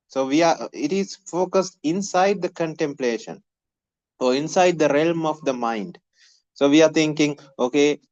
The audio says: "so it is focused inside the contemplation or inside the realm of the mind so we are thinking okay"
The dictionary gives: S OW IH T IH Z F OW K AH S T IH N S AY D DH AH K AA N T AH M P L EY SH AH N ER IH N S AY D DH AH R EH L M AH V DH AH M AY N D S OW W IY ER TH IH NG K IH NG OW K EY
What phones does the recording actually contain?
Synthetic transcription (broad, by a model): S OW IH T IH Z F OW K AH S T IH N S AY D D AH K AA N T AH M P L EY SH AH N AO IH N S AY D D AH R EH L M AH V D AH M AY N D S OW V IY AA T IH NG K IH NG OW K EY